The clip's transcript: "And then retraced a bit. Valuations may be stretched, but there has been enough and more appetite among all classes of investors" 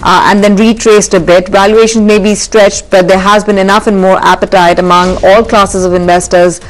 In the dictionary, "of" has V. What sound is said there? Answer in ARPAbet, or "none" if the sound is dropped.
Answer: V